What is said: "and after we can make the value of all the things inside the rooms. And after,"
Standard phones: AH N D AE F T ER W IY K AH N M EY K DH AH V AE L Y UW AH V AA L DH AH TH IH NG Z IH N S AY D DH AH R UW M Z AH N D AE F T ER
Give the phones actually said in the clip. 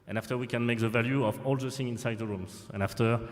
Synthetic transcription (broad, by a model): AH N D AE F T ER W IY K AH N M EY K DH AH V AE L Y UW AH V AA L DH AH S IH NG IH N S AY D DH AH R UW M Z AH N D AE F T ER